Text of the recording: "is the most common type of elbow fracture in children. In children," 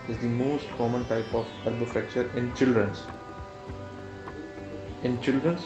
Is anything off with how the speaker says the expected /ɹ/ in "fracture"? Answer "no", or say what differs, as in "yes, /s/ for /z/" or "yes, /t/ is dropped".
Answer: yes, /ɹ/ is dropped